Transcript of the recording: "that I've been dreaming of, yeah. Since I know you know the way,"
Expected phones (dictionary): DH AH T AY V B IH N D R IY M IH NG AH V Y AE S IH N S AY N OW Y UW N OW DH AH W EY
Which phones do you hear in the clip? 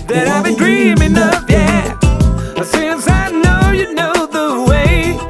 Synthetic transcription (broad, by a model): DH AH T AY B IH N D R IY M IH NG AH P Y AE S IH N S AY N OW Y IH N OW DH AH W EY